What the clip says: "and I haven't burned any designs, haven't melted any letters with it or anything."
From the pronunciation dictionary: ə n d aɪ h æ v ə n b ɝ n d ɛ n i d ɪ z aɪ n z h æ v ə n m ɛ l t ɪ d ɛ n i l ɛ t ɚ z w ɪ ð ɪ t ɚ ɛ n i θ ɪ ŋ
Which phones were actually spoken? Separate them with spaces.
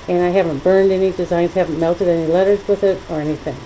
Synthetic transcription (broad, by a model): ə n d aɪ h æ v ə n b ɝ n d ɛ n i d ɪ z aɪ n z h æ v n m ɛ l t ɪ d ɛ n i l ɛ t ɚ z w ɪ ð ɪ t ɚ ɛ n i θ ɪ ŋ